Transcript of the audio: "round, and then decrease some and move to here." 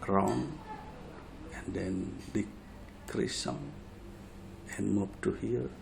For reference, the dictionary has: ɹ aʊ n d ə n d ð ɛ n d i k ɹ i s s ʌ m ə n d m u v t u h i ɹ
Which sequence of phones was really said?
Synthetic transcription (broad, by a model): ɹ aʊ n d ə n d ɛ n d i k ɹ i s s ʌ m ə n m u p t u h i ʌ